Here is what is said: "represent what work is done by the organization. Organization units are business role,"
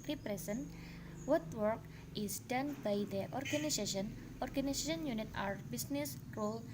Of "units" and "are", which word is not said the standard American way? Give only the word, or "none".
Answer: units